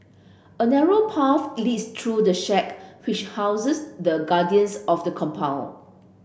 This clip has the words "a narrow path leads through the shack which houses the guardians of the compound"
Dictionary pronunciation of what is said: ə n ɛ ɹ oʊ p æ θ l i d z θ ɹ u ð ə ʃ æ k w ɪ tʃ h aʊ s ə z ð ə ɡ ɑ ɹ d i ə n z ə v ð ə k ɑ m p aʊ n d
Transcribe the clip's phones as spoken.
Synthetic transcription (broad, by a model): ə n ɛ ɹ oʊ p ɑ f l i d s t ɹ u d ə ʃ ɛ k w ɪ tʃ h aʊ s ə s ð ə ɡ ɑ d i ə n s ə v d ə k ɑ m p aʊ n